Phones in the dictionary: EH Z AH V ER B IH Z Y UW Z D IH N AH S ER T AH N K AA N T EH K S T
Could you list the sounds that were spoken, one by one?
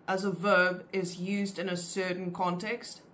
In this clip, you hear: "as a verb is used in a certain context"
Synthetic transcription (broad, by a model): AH Z AH V ER B IH Z Y UW Z D IH N AH S ER T N K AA N T EH K S T